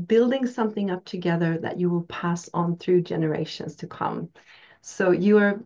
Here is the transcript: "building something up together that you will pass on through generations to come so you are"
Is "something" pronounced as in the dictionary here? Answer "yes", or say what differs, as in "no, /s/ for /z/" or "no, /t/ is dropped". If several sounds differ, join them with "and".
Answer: yes